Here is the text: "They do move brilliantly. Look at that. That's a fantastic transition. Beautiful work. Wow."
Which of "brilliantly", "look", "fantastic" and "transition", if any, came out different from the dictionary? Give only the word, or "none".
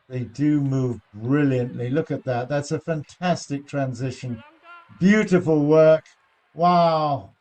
none